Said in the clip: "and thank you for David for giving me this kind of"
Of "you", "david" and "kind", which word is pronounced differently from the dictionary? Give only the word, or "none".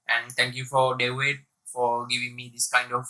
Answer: david